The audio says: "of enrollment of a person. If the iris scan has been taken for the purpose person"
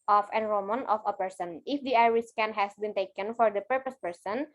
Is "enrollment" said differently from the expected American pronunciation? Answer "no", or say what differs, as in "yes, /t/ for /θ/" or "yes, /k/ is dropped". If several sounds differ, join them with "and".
yes, /l/ is dropped